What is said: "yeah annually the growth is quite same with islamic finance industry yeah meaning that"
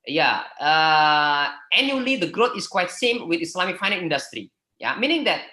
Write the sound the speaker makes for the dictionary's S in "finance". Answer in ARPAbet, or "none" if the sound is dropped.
none